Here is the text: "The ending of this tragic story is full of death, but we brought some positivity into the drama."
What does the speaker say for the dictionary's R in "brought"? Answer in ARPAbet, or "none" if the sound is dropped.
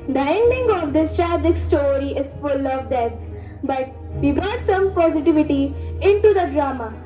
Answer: none